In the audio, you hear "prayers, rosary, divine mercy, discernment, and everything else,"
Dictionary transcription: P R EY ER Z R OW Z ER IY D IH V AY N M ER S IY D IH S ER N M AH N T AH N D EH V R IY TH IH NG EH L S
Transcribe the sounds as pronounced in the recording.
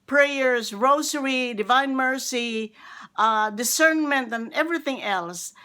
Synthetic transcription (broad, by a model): P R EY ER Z R OW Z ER IY D IH V AY N M ER S IY D IH S ER N M AH N T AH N EH V R IY TH IH NG EH L S